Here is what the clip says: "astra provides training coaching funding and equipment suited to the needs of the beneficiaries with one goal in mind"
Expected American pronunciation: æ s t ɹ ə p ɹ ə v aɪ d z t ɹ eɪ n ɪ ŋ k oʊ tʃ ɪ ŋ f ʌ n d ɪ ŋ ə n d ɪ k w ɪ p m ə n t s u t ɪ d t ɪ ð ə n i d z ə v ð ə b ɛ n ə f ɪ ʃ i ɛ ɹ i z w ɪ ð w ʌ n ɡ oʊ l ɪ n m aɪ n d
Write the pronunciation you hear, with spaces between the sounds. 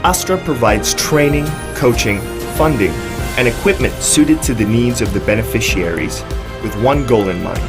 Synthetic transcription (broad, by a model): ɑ s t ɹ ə p ɹ ə v aɪ d z t ɹ eɪ n ɪ ŋ k oʊ tʃ ɪ ŋ f ʌ n d ɪ ŋ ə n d ɪ k w ɪ p m ə n t s u t ɪ d t ɪ ð ə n i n z ə v ð ə b ɛ n ə f ɪ ʃ i ɛ ɹ i z w ɪ ð w ʌ n ɡ oʊ l ɪ n m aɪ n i